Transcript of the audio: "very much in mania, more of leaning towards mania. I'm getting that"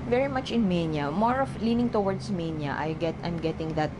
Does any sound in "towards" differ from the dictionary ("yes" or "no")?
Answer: yes